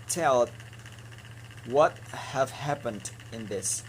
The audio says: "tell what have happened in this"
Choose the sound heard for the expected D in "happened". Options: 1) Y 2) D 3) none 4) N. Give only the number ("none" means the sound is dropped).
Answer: 2